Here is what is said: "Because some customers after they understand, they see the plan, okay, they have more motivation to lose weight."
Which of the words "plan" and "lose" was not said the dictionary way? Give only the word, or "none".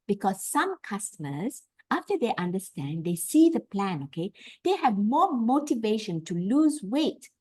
none